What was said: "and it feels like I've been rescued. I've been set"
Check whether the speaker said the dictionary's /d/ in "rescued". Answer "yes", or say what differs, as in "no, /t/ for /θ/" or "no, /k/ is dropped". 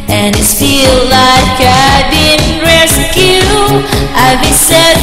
no, /d/ is dropped